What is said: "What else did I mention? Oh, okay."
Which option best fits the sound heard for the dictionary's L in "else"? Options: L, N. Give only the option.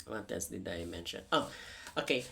N